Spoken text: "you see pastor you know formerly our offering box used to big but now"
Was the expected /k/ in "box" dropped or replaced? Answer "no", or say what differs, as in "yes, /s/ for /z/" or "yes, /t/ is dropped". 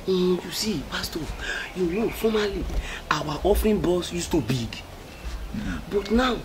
yes, /k/ is dropped